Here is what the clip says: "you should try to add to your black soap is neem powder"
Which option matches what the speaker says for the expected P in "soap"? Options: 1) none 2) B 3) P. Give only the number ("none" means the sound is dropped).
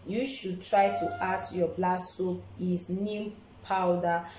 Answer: 1